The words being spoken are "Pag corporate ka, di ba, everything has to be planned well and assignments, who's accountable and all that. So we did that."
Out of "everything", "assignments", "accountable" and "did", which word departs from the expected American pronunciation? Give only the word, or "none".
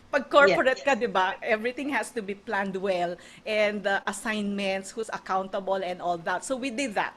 everything